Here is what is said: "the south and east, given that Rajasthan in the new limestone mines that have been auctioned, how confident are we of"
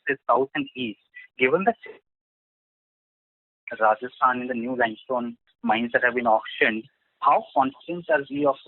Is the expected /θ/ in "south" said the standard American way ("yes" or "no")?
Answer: no